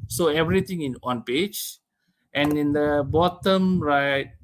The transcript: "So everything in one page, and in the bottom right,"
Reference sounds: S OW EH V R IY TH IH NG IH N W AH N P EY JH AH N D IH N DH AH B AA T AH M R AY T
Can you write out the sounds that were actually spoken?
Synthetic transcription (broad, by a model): S OW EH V R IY T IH NG IH N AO N P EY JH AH N IH N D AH B AA T AH M R AY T